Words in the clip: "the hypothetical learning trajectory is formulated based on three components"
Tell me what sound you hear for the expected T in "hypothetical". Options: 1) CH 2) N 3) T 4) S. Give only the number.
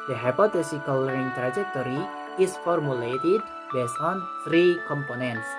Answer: 4